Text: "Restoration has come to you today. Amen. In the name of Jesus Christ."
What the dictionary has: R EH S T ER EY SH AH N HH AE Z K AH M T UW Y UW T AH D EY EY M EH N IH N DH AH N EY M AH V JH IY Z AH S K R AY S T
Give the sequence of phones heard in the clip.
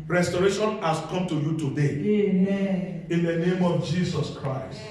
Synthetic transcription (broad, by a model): R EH S T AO EY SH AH N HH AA S K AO M T UW Y UW T AH D EY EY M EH IH N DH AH N EY M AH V JH IY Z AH S K R AY S T